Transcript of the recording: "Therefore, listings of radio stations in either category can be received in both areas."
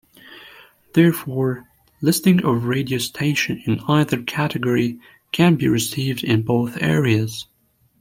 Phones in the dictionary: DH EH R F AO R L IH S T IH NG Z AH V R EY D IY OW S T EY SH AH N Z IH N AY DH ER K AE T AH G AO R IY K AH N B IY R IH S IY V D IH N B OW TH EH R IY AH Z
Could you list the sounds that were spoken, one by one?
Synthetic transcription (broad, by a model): DH EH R F AO R L IH S T IH NG AH V R EY D IY OW S T EY SH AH N IH N AY DH ER K AE T AH G AO R IY K AH N B IY R IH S IY V D IH N B OW TH EH R IY AH Z